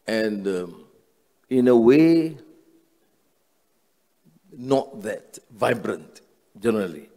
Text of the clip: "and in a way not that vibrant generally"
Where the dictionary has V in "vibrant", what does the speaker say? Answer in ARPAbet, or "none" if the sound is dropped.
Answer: V